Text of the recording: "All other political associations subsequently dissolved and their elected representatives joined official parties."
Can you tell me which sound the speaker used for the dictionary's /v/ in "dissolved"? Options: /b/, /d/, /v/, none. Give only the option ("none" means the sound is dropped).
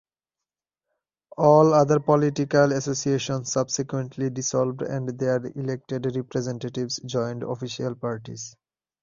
/b/